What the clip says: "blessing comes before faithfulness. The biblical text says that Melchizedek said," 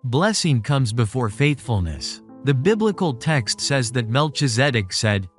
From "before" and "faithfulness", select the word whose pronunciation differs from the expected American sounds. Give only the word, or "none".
none